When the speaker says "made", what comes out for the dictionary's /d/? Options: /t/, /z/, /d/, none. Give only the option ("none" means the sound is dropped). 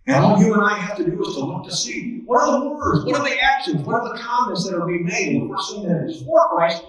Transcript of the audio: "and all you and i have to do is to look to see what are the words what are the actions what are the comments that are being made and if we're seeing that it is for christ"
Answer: none